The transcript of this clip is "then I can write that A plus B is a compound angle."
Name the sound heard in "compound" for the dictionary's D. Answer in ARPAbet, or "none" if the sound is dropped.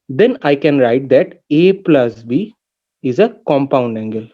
D